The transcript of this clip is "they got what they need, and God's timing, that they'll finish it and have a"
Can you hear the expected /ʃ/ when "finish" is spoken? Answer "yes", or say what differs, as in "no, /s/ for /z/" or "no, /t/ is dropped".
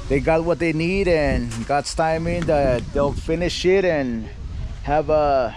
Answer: yes